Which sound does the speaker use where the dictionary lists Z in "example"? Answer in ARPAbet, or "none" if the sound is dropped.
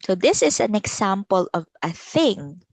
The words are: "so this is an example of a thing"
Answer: S